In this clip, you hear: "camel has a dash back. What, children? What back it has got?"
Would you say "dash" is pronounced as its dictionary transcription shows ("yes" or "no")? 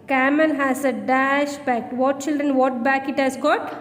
yes